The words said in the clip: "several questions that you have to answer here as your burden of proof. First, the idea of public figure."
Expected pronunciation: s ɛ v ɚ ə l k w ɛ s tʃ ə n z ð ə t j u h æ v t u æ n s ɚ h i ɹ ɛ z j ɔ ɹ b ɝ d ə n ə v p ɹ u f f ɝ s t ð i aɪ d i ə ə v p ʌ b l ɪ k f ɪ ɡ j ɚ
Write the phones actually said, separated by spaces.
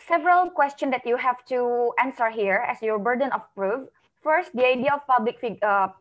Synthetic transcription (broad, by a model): s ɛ v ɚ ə l k w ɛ s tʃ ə n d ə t j u h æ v t u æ n s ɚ h i ɹ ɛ s j ɔ ɹ b ɝ d ə n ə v p ɹ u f f ɝ s t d i aɪ d i ə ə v p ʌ b l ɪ k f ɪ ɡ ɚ